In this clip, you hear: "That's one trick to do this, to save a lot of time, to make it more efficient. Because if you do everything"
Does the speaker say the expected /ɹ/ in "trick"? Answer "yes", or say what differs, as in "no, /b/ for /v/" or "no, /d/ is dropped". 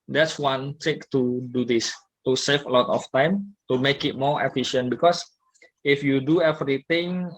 no, /ɹ/ is dropped